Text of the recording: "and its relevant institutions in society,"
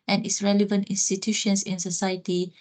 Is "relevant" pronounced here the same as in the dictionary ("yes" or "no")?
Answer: yes